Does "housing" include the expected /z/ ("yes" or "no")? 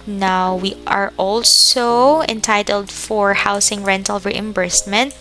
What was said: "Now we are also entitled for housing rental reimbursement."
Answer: no